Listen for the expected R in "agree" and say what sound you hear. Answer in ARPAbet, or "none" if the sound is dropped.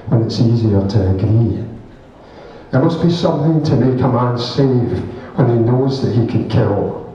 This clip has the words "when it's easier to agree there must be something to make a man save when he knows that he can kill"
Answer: none